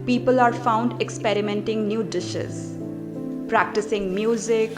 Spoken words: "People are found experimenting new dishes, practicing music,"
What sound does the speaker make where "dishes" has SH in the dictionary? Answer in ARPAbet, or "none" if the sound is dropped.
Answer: SH